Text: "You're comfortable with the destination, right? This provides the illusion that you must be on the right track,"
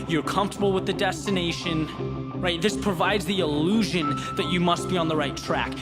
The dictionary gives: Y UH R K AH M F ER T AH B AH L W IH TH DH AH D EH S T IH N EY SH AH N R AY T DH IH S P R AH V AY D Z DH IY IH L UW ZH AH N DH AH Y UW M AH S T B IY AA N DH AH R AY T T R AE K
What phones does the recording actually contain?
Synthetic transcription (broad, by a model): Y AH R K AH M F T AH B L W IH DH AH D EH S T IH N EY SH AH N R AY T DH IH S P R AH V AY D Z DH IY IH L UW ZH AH N DH AH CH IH M AH S T B IY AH N DH AH R AY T T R AE K